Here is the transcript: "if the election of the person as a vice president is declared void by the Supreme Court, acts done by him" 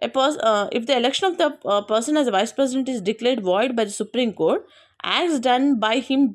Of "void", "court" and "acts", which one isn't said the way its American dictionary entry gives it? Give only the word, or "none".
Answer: none